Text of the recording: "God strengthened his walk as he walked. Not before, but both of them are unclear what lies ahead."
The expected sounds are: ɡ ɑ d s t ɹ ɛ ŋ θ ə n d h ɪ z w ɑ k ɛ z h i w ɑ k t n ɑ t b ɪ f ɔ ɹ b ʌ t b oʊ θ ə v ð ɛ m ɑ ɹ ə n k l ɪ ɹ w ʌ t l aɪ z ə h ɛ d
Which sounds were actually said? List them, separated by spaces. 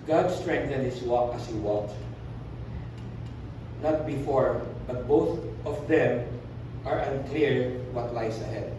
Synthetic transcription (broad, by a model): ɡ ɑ d s t ɹ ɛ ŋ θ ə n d h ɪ s w ɑ k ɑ s h i w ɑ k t n ɑ t b ɪ f ɔ ɹ b ʌ t b oʊ θ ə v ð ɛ m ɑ ɹ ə n k l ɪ ɹ w ʌ t l aɪ s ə h ɛ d